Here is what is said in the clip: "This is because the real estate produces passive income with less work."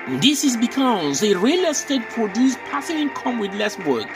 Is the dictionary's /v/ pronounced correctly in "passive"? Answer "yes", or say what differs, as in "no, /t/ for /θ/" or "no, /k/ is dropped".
no, /v/ is dropped